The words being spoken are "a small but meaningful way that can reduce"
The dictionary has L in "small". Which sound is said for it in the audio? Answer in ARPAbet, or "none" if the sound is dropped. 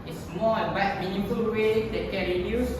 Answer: N